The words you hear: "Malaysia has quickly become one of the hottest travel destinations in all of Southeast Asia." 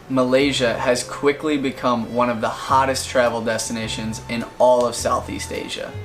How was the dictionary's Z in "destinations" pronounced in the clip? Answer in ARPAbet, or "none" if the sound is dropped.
Z